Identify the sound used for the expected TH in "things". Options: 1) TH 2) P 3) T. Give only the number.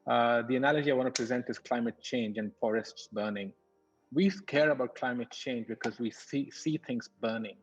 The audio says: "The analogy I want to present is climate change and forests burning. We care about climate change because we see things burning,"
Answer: 3